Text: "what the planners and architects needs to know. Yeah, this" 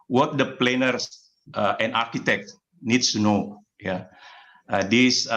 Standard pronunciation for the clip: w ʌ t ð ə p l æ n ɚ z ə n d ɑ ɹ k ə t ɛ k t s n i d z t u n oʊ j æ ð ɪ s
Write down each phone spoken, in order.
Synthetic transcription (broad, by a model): w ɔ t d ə p l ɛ n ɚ s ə n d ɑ ɹ k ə t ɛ k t n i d s t u n oʊ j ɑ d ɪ s